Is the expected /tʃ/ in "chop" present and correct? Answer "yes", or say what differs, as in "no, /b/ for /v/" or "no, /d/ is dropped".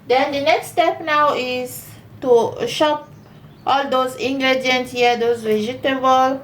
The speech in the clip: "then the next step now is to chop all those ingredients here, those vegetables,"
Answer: no, /ʃ/ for /tʃ/